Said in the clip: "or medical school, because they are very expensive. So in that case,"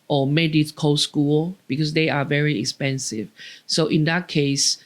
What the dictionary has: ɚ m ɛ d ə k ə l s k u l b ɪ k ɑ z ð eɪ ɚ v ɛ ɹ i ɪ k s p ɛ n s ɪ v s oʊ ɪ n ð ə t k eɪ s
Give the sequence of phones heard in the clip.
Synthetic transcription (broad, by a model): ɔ m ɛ d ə k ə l s k u l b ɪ k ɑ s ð eɪ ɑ v ɛ ɹ i ɪ k s p ɛ n s ɪ v s oʊ ɪ n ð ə t k eɪ s